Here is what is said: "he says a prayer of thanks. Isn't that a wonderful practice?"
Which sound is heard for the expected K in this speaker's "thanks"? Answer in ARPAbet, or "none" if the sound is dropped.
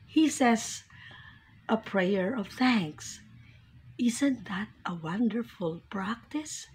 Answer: K